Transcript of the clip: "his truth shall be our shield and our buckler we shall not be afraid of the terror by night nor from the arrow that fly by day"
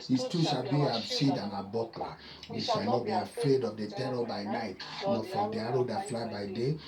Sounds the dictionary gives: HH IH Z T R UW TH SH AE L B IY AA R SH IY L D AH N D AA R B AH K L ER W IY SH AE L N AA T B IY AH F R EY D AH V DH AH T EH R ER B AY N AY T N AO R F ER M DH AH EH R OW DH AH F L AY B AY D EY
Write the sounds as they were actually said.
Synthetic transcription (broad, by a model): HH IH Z T UW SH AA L B IY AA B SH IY D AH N AA B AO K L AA W IY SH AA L N AA T B IY AH F R EY D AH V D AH T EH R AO B AY N AY T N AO F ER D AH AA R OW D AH F L AY B AY D EY